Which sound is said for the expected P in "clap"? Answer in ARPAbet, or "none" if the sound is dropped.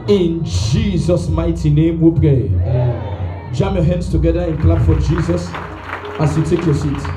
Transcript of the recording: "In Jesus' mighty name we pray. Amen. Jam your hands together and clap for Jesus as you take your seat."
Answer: B